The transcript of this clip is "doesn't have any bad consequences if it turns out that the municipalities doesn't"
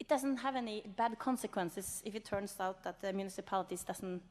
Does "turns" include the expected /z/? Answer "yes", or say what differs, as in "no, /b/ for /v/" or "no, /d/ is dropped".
no, /s/ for /z/